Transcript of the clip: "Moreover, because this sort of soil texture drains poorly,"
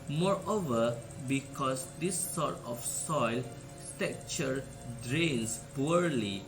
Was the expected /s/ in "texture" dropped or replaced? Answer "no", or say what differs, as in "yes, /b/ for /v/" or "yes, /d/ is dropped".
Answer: yes, /s/ is dropped